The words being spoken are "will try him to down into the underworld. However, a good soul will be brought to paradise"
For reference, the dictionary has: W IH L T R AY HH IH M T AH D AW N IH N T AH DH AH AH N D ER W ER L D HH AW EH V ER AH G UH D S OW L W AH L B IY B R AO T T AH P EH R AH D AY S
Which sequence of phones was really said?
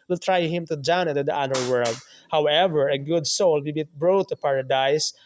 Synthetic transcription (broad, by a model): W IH L T R AY HH IH M T AH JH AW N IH T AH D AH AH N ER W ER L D HH AW EH V ER AH G UH D S OW L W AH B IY B R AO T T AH P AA R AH D AY S